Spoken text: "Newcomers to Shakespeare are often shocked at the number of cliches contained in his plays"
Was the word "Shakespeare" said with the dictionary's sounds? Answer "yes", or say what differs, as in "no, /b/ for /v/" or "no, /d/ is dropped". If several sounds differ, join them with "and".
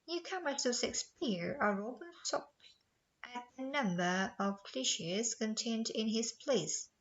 no, /s/ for /ʃ/